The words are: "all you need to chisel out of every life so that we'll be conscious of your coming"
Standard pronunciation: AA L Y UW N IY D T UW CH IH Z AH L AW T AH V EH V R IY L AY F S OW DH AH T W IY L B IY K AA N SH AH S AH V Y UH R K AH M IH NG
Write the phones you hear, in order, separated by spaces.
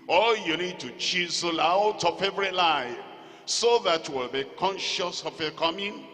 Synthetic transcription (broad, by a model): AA L Y UW N IY D T UW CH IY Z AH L AW T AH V EH V R IY L AY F S OW DH AH T W IY L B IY K AA N SH AH S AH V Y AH K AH M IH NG